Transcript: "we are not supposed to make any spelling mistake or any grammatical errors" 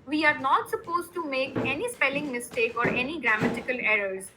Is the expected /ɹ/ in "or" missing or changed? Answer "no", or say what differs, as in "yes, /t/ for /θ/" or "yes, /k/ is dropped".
no